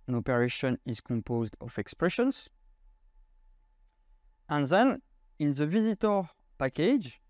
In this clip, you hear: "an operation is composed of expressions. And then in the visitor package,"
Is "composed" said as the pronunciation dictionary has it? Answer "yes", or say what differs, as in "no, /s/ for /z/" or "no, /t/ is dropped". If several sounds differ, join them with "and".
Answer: yes